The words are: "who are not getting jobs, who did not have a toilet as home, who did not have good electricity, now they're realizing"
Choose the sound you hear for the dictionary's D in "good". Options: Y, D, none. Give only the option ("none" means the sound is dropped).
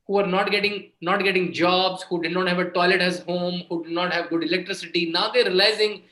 D